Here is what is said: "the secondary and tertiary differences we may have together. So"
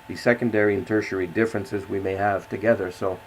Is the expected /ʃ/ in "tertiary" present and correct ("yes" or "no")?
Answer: yes